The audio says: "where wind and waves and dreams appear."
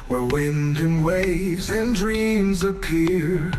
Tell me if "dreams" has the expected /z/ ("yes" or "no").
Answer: yes